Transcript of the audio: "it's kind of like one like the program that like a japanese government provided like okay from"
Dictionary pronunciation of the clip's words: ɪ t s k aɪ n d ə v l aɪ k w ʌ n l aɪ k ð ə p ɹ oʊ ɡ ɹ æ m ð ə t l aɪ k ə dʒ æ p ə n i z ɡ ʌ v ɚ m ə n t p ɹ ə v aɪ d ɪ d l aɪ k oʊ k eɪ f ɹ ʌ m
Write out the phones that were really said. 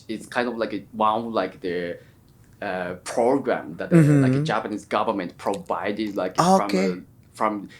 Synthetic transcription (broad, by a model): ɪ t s k aɪ n d ə v l aɪ k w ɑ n l aɪ k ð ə p ɹ oʊ ɡ ɹ æ m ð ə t l aɪ k ə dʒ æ p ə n i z ɡ ʌ v ɚ m ə n t p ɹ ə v aɪ d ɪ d l aɪ k oʊ k eɪ f ɹ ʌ m